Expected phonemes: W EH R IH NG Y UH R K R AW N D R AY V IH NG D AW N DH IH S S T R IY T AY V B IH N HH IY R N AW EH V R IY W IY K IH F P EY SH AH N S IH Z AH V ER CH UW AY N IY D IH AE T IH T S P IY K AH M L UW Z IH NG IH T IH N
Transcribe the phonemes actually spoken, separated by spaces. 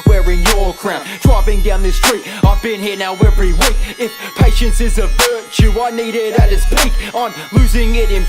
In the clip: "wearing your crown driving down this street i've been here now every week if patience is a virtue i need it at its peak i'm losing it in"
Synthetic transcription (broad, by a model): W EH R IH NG Y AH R K R AW N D R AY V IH NG D AW N DH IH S S T R IY T AY V B IH N HH IY R N AW EH V R IY W IY K IH F P EY SH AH N S IH Z AH V ER CH UW AY N IY D IH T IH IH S P IY K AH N L UW Z IH NG IH T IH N